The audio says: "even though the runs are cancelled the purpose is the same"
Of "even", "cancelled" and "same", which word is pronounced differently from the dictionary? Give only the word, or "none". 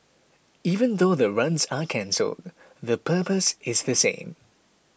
none